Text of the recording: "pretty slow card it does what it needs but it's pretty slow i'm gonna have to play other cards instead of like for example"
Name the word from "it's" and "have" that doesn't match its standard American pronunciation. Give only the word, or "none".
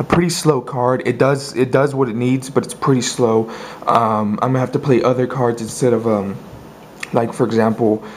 have